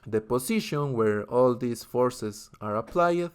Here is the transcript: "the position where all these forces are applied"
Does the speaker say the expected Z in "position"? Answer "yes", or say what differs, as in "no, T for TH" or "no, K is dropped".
no, S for Z